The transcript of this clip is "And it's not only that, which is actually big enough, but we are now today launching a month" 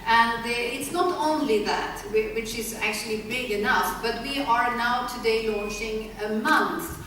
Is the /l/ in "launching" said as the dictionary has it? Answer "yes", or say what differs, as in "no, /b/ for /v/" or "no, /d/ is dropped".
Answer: yes